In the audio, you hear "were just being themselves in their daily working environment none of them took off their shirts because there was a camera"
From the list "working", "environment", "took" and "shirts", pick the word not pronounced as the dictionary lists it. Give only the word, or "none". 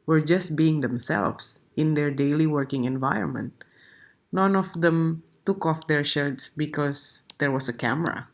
none